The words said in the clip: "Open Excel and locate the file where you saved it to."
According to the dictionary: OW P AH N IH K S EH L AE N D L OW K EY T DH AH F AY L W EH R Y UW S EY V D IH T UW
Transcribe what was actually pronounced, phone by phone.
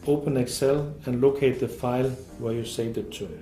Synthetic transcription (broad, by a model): OW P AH N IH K S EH L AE N L OW K EY T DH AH F AY L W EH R Y UW S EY D IH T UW